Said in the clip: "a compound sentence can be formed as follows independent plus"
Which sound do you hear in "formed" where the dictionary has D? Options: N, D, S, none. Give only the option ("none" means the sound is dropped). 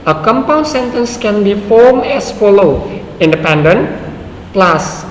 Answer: none